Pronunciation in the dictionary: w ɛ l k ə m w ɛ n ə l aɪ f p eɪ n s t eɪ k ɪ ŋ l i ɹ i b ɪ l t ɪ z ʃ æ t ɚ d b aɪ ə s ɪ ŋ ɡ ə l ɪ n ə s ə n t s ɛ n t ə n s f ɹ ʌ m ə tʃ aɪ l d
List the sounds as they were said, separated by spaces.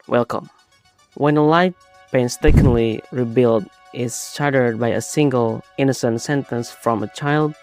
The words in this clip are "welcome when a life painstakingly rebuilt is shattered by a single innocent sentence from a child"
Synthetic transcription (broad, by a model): w ɛ l k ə m w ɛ n ə l aɪ f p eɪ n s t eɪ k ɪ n l i ɹ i b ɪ l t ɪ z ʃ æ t ɚ d b aɪ ə s ɪ ŋ ɡ ə l ɪ n ə s ə n t s ɛ n t ə n s f ɹ ʌ m ə tʃ aɪ l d